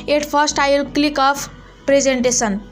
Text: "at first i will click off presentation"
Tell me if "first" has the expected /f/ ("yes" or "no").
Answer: no